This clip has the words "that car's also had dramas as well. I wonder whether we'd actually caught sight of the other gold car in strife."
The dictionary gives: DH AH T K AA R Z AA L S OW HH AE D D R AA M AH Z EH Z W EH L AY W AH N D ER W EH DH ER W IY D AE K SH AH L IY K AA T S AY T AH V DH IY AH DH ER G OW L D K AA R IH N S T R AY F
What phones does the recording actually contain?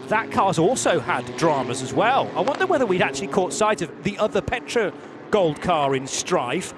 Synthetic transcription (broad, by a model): DH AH T K AA R Z AA L S OW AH D D R AA M AH Z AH Z W EH L AY W AH N D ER W EH DH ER W IY D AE K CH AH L IY K AA T S AY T AH V DH IY AH DH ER G OW L D K AA R IH N S T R AY F